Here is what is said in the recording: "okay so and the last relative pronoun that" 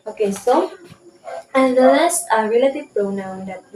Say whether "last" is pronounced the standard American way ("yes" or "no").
no